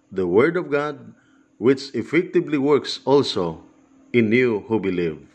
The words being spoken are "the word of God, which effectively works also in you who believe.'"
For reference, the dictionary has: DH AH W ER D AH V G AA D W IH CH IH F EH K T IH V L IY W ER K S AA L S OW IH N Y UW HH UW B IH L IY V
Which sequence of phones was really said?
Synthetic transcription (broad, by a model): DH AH W ER D AH V G AA D W IH CH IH F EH K T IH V L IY W ER K S AA L S OW IH N Y UW HH UW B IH L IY V